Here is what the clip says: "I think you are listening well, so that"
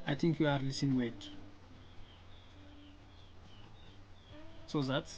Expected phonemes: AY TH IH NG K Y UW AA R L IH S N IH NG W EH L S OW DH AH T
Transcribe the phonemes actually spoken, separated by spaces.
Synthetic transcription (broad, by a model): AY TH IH NG K Y UW AA R L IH S IH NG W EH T S OW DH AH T